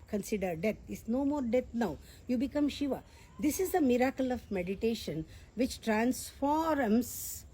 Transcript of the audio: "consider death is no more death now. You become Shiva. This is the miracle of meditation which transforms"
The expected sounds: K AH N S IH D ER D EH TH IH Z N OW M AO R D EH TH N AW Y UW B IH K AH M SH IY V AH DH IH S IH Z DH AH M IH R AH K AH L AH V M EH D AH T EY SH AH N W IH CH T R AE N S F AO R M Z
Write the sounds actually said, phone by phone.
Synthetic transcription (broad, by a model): K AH N S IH D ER D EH T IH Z N OW M AO R D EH T N AW Y UW B IH K AH M SH IY V AH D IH S IH Z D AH M IH R AH K AH L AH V M EH D AH T EY SH AH N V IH CH T R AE N S F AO R M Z